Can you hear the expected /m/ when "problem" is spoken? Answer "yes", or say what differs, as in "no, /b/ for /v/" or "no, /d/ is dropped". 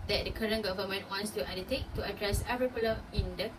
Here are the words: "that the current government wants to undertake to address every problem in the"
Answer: no, /m/ is dropped